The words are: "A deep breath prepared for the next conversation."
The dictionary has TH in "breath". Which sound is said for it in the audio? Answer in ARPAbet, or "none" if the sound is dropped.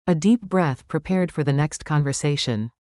TH